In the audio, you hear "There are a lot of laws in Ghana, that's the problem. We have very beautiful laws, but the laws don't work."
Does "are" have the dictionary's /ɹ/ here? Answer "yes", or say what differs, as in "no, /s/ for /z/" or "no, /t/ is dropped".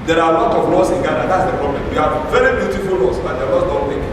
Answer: no, /w/ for /ɹ/